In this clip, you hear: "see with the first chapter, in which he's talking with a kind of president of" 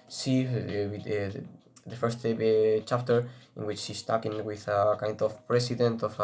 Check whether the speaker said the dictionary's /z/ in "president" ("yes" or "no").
no